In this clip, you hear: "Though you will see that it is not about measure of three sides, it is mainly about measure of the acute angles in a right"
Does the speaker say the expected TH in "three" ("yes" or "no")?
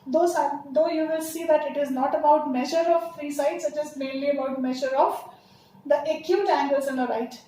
no